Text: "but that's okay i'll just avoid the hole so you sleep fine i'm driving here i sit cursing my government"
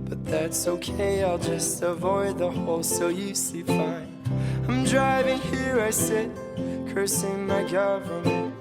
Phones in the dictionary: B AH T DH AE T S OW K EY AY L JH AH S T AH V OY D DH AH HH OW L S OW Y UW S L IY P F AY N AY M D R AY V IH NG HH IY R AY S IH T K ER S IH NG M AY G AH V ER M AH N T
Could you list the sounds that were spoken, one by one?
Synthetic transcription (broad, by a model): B AH T DH AE T S OW K EY AY L JH AH S T AH V OY D DH AH HH OW L S OW Y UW S IY F AY N AY M D R AY V IH NG HH IY R AY S IH T K ER S IH NG M AY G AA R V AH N